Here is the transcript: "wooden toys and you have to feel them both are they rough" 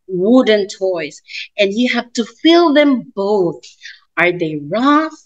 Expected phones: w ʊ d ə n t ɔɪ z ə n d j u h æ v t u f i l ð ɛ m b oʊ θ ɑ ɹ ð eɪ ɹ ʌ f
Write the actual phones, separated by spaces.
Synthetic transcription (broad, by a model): w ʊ d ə n t ɔɪ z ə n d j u h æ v t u f i l ð ɛ m b oʊ θ ɑ ɹ ð eɪ ɹ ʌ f